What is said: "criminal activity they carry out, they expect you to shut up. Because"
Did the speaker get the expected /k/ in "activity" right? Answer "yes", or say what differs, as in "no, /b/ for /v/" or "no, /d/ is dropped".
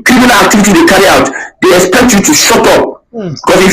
yes